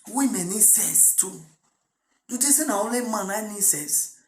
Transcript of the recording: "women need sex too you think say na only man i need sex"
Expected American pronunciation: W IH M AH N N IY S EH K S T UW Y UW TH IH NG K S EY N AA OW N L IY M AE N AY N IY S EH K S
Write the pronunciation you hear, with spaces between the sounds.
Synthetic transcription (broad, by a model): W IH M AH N N IY S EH S T UW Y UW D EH S EY N AA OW L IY M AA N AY N IY S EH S